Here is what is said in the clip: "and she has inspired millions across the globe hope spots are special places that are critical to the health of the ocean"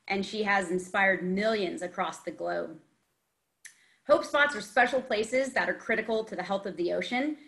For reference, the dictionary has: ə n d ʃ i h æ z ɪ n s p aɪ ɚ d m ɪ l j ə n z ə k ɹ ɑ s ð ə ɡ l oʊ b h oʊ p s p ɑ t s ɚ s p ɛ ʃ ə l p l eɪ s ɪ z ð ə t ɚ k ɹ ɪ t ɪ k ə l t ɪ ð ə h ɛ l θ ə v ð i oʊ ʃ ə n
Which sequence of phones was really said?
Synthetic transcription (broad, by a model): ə n ʃ i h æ z ɪ n s p aɪ ɚ d m ɪ l j ə n z ə k ɹ ɑ s ð ə ɡ l oʊ b h oʊ p s p ɑ t s ɚ s p ɛ ʃ l p l eɪ s ɪ z ð ə t ɚ k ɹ ɪ t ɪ k l t ɪ ð ə h ɛ l θ ə v ð i oʊ ʃ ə n